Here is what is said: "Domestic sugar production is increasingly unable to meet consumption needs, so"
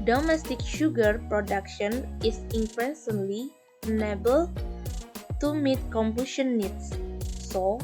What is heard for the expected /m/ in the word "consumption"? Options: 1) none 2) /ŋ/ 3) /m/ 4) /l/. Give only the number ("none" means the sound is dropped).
1